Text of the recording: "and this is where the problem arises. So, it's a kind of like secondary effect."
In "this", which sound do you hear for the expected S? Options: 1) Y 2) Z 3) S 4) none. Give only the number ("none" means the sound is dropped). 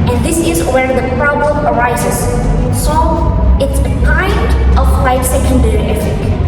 3